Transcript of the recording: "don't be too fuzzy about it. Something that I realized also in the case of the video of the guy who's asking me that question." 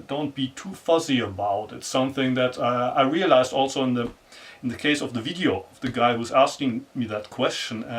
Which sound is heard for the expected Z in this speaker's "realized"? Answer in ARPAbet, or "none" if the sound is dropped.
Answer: Z